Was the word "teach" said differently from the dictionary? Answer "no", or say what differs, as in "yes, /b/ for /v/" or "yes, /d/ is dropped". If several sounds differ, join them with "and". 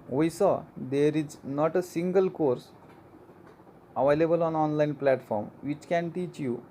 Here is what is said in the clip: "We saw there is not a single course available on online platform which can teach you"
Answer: no